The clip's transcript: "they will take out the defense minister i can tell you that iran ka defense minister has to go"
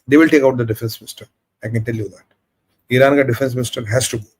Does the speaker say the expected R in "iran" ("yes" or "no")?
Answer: yes